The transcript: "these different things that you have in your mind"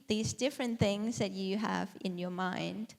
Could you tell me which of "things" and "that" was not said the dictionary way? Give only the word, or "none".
none